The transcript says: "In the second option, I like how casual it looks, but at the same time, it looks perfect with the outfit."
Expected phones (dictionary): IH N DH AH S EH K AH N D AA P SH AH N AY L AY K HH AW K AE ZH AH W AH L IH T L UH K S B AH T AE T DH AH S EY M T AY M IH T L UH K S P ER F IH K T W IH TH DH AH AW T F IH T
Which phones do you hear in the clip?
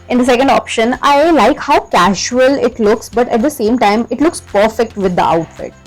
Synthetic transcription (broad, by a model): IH N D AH S EH K AH N D AA P SH AH N AY L AY K HH AW K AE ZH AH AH L IH T L UH K S B AH T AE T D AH S EY M T AY M IH T L UH K S P ER F IH K T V IH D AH AW T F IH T